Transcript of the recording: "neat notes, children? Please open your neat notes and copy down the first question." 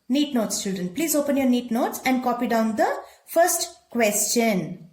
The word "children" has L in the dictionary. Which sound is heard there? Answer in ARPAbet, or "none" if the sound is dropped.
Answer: none